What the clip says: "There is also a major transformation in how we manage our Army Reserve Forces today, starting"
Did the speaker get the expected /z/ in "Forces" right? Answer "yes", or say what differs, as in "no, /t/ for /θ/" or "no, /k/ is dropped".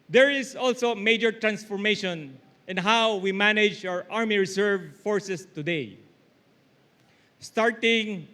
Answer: no, /s/ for /z/